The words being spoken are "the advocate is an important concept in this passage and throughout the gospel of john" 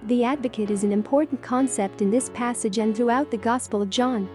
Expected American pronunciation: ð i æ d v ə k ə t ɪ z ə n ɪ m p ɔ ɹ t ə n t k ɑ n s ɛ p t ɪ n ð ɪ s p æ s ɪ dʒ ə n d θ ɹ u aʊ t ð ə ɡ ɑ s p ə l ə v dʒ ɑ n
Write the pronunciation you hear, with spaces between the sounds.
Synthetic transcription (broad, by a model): ð i æ d v ə k ə t ɪ z n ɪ m p ɔ ɹ t n k ɑ n s ɛ p t ɪ n ð ɪ s p æ s ɪ dʒ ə n θ ɹ u aʊ t ð ə ɡ ɑ s p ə l ə v dʒ ɑ n